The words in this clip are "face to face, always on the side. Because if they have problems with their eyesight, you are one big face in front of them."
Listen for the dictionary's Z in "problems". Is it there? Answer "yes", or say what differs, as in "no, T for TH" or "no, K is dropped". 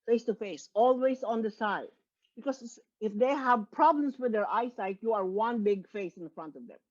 no, S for Z